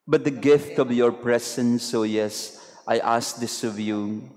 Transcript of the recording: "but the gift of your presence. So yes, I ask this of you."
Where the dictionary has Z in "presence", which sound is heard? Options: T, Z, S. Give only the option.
S